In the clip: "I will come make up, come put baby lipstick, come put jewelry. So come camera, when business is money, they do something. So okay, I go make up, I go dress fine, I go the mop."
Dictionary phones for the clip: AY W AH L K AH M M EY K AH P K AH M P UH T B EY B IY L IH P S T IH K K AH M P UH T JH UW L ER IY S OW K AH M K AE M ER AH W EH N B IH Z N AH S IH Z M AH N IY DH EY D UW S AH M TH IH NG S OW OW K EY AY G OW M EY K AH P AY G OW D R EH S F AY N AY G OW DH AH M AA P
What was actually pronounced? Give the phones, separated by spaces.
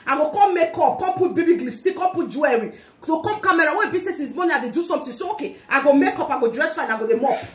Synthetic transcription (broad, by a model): AY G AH K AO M M EY K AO P K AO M P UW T B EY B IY L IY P S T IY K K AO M P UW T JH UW ER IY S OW K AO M K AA M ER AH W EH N B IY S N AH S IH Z M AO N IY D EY D UW S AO M T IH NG S OW OW K EY AY G OW M EY K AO P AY G OW D R EH S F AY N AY G OW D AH M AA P